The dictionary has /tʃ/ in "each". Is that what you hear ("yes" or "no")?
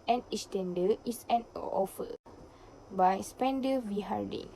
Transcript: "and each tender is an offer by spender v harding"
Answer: no